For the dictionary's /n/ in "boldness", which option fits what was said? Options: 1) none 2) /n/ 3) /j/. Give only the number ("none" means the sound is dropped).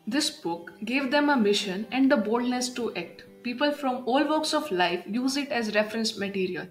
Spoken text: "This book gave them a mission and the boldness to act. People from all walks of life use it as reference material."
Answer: 2